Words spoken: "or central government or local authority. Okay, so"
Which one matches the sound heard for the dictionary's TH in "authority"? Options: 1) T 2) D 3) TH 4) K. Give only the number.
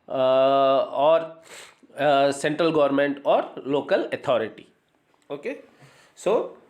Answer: 1